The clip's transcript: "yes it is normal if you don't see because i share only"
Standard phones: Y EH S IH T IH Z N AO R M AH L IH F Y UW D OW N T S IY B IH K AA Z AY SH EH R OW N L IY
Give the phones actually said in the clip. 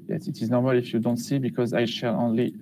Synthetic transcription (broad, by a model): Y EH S IH T IH Z N AO R M AH L IH F Y UW D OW N T S IY B IH K AA Z AY SH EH L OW N L IY